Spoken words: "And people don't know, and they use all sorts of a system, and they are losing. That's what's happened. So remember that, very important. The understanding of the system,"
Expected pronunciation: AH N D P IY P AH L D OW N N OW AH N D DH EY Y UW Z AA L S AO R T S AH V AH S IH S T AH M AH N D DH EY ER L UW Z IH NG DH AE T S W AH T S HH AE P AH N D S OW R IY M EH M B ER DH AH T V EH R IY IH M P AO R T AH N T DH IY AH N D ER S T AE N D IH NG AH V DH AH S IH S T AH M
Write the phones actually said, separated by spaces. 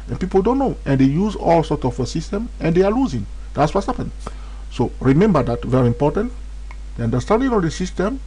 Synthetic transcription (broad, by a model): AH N P IY P AH L D OW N N OW AH N D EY Y UW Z AA L S AO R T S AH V AH S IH S T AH M AH N D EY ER L UW Z IH NG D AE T S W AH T HH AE P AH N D S OW R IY M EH M B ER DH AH T V EH R IY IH M P AO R T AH N T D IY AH N D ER S T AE N D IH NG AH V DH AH S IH S T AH M